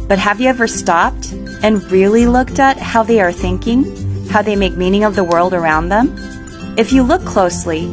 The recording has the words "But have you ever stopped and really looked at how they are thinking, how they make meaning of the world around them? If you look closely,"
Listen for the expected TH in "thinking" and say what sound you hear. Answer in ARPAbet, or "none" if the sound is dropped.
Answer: TH